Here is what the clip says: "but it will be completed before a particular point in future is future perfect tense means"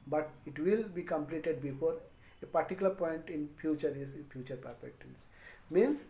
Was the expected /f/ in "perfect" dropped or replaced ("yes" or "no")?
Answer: yes